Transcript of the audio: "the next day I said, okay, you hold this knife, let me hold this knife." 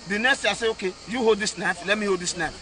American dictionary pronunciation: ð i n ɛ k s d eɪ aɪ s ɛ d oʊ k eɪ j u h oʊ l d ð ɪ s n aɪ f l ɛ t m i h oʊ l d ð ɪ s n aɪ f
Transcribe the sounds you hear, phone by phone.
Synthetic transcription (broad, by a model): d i n ɛ k s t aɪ s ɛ oʊ k eɪ j u h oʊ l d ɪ s n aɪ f l ɛ t m i h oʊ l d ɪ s n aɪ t